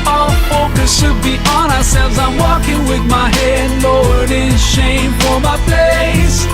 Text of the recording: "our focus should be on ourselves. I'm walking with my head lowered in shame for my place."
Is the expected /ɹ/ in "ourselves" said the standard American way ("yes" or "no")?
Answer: yes